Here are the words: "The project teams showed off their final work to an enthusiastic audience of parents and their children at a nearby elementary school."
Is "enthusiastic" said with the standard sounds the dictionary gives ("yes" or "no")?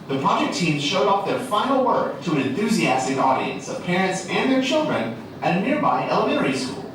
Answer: yes